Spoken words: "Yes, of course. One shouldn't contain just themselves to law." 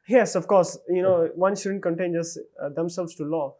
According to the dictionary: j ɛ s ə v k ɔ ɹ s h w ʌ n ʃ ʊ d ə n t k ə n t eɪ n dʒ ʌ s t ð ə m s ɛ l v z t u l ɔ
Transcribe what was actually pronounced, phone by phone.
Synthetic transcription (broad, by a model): j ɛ s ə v k ɔ ɹ s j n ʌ n ʃ ʊ d ə n t k ə n t eɪ n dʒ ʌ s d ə m s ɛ l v s t u l ɔ